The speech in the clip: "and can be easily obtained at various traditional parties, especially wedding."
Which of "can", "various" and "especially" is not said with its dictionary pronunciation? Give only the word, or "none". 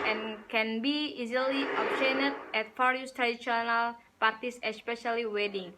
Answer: various